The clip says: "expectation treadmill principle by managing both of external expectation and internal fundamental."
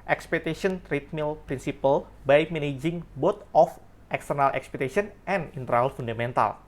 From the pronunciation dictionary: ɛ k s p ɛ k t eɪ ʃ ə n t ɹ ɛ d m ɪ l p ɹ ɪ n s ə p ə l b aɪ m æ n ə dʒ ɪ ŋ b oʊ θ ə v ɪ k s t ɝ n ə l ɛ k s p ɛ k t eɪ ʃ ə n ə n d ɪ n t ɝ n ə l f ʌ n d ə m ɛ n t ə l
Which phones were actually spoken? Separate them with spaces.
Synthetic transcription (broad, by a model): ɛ k s p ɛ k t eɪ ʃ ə n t ɹ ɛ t m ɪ l p ɹ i n s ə p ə l b aɪ m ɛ n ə dʒ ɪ ŋ b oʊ t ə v ɪ k s t ɝ n ə l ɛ k s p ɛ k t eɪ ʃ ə n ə n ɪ n t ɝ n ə l f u n d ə m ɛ n t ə l